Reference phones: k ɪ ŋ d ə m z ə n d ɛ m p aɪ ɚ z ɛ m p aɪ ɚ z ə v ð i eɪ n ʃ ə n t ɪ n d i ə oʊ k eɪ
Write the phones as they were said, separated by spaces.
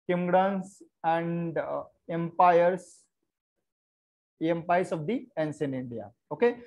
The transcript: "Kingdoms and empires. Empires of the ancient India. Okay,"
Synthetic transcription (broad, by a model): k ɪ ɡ d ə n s ə n d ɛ m p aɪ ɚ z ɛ m p aɪ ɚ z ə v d i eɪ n s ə n ɪ n d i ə oʊ k eɪ